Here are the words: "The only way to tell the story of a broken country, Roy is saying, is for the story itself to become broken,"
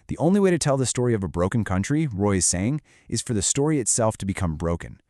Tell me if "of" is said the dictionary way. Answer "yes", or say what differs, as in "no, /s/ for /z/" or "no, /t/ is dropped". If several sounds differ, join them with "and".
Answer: yes